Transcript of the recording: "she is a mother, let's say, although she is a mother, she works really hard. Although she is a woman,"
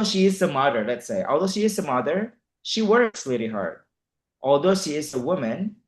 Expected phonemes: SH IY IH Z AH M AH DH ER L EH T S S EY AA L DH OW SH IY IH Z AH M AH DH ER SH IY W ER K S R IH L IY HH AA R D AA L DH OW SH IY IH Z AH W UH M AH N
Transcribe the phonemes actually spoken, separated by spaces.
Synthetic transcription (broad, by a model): SH IY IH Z AH M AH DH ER L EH T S S EY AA L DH OW SH IY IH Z AH M AH DH ER SH IY W ER K S L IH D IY HH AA R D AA L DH OW SH IY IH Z AH W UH M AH N